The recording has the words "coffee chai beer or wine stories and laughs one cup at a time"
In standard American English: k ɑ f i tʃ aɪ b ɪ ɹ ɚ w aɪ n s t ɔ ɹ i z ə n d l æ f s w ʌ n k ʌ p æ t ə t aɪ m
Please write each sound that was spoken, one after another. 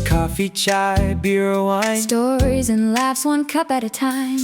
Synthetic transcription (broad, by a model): k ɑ f i tʃ aɪ b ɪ ɹ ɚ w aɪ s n t ɔ ɹ i z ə n l æ f s w ʌ n k ʌ p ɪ t ə t aɪ m